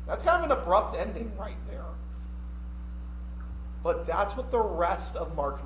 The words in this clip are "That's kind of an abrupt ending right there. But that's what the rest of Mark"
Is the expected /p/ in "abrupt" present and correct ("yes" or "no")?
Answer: yes